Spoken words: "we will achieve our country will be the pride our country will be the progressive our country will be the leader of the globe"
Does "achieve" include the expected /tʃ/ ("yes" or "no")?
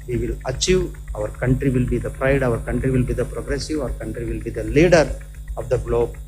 yes